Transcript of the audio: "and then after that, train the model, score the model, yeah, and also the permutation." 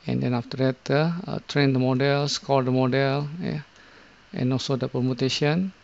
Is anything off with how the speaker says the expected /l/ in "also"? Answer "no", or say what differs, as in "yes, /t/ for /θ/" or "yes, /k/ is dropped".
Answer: no